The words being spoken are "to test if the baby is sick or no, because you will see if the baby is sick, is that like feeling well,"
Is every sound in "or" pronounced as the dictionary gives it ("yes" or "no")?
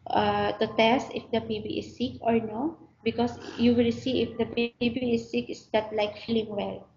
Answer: yes